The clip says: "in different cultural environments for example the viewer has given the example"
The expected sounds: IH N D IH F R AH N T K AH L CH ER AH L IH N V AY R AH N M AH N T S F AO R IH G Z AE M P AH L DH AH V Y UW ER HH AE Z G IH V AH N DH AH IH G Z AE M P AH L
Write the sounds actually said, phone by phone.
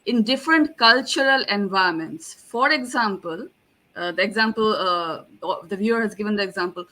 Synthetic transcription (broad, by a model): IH N D IH F R AH N T K AH L CH ER AH L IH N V AY AH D M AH N T S F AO R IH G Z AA M P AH L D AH V Y UW ER HH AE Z G IH V AH N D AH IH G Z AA M P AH L